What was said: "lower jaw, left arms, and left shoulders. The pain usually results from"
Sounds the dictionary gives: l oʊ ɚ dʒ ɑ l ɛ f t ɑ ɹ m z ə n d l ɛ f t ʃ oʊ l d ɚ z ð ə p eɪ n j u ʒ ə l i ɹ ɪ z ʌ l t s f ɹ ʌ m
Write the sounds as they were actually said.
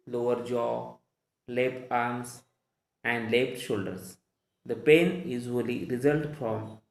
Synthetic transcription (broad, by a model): l oʊ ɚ dʒ ɑ l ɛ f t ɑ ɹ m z ə n d l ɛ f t ʃ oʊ l d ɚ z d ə p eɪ n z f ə l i ɹ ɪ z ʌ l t f ɹ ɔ m